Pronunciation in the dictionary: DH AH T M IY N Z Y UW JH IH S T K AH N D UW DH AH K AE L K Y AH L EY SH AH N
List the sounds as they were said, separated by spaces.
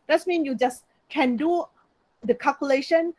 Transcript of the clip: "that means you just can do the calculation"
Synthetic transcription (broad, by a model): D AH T M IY N Y UW JH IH S K AH N D UW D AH K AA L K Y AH L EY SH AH N